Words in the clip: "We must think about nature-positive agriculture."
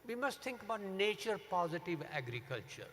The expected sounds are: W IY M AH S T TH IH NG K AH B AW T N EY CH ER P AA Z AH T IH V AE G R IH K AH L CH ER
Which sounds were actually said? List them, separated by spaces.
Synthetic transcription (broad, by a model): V IY M AH S T T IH NG K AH B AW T N EY CH ER P AA Z AH T IH V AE G R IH K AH L CH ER